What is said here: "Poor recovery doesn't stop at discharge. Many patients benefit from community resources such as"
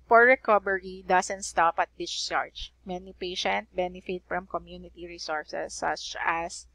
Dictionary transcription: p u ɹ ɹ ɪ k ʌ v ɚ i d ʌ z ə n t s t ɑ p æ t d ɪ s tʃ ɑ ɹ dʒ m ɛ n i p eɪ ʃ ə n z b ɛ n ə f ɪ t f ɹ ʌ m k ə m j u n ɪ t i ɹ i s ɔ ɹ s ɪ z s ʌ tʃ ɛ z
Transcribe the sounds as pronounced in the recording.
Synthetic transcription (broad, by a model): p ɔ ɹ ɹ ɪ k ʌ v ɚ i d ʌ s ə n t s t ɑ p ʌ t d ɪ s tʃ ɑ ɹ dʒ m ɛ n i p eɪ ʃ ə n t b ɛ n ə f ɪ t f ɹ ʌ m k ə m j u n ɪ t i ɹ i s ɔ ɹ s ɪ s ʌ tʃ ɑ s